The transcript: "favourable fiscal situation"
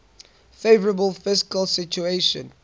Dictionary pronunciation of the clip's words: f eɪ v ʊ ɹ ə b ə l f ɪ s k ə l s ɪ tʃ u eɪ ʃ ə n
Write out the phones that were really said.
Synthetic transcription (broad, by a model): f eɪ v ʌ ɹ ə b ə l f ɪ s k ə l s ɪ tʃ u eɪ ʃ ə n